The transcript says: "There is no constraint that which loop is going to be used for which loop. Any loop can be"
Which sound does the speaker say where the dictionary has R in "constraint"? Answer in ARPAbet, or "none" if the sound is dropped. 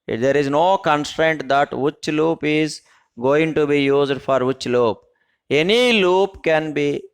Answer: R